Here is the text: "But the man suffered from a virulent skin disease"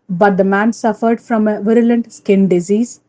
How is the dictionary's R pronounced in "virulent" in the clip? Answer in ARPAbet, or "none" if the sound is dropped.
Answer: R